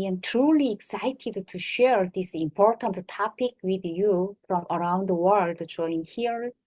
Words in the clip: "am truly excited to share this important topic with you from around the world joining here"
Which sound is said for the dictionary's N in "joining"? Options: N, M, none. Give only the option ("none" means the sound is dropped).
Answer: none